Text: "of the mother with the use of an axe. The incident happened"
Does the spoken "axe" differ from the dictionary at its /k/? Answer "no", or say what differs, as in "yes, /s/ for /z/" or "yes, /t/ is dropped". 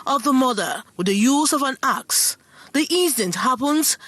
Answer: no